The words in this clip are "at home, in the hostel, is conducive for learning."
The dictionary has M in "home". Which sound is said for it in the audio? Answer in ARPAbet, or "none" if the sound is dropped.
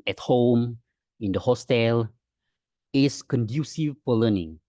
M